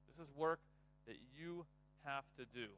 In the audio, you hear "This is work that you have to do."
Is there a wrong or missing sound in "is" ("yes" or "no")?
no